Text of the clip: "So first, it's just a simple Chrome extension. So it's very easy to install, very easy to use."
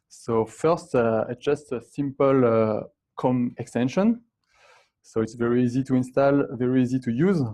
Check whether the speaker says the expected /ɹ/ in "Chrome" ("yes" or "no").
no